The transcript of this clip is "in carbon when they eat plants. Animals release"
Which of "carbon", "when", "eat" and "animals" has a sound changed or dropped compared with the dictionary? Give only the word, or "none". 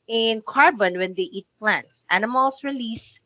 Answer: animals